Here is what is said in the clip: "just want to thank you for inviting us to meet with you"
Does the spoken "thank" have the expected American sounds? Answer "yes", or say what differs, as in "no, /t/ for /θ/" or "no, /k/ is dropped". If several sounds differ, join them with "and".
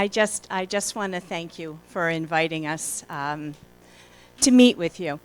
yes